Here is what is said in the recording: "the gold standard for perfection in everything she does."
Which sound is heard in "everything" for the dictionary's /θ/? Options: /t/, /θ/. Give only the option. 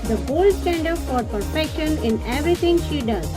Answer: /t/